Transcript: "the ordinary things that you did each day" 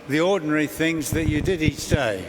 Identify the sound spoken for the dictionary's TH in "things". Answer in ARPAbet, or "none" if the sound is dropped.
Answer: TH